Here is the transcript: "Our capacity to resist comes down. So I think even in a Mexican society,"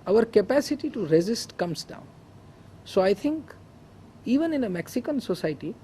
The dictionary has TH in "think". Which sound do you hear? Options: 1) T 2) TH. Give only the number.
1